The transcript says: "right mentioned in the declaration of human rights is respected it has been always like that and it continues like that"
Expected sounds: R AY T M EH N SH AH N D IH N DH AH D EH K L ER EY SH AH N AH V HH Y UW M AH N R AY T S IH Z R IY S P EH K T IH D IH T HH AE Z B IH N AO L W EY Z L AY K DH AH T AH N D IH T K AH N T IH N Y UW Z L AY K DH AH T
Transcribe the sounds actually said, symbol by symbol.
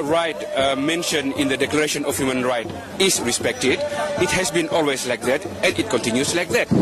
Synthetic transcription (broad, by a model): R AY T M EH N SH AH N IH N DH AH D EH K L ER EY SH AH N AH F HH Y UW M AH N R AY T IH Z R IY S P EH K T IH D IH T HH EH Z B IH N AO L W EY S L AY K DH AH T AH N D IH T K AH N T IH N Y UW S L AY K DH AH T